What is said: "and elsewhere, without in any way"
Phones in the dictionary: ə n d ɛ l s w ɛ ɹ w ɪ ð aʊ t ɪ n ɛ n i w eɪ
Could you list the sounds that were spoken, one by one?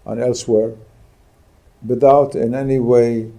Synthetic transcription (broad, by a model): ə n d ɛ l s w ɛ ɹ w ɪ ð aʊ t ɪ n ɛ n i w eɪ